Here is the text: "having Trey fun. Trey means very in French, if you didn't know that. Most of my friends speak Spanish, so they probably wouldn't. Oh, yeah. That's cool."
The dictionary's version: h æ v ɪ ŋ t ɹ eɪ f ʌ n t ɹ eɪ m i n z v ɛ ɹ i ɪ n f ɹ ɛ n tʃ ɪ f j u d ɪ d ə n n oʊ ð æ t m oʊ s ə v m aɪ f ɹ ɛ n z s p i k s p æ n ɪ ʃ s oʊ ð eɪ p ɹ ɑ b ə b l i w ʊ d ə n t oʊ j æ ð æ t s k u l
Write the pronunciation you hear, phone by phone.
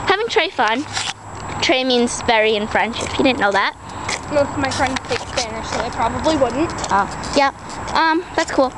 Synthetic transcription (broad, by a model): h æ v ɪ ŋ t ɹ eɪ f ʌ n t ɹ eɪ m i n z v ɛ ɹ i ɪ n f ɹ ɛ n ʃ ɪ p j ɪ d ɪ d n n oʊ ð æ t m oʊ ə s m aɪ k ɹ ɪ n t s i k s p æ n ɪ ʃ s oʊ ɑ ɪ p ɹ ɑ b ə b l i w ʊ d n t oʊ j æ ð æ t s k u l